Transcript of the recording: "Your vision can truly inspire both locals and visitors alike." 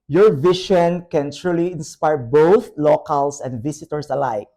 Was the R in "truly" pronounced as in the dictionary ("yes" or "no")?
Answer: yes